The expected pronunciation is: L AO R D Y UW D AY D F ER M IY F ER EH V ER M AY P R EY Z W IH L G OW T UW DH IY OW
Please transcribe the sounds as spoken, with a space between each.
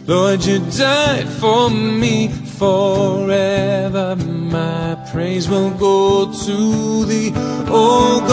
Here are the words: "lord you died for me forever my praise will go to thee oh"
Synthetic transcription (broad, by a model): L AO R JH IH D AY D F ER M IY F ER EH V ER M AY P R EY Z W IH L G OW T UW DH IY OW